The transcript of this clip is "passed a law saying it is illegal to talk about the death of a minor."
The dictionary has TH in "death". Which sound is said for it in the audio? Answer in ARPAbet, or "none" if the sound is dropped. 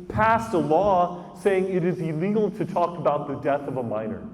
TH